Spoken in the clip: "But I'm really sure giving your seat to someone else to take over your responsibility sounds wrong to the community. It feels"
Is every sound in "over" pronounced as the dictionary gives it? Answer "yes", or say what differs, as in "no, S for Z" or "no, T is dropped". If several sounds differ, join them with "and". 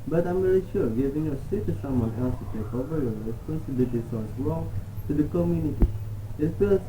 yes